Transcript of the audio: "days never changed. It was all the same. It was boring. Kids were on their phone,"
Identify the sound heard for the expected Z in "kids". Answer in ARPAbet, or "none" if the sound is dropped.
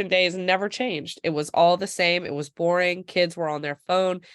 Z